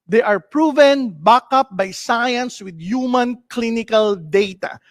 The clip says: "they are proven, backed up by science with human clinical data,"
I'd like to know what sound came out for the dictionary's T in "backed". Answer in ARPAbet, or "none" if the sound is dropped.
none